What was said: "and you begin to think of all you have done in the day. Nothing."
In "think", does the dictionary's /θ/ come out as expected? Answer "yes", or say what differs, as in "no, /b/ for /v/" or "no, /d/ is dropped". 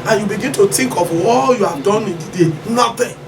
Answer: no, /t/ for /θ/